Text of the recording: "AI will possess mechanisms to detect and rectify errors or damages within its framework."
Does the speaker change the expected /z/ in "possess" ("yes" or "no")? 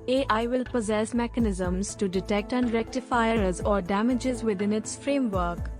no